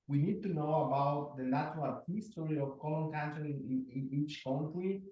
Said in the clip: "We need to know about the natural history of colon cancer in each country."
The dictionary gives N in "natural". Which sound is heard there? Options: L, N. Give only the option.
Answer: L